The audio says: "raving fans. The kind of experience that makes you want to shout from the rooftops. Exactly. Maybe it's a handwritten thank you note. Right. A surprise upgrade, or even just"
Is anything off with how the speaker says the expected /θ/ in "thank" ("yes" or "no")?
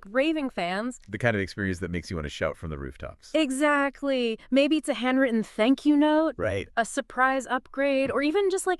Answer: no